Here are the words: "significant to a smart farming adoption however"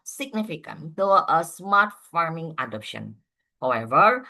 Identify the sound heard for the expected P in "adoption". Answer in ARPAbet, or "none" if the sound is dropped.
P